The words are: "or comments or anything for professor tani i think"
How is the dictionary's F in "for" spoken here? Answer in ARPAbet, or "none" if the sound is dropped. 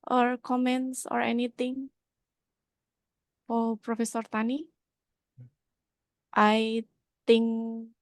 P